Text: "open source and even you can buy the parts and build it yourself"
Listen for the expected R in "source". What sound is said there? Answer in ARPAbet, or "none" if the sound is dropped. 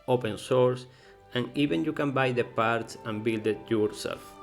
R